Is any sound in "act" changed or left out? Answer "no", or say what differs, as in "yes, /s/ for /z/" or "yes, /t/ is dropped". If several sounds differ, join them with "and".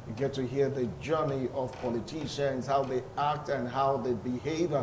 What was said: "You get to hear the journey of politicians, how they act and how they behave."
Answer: no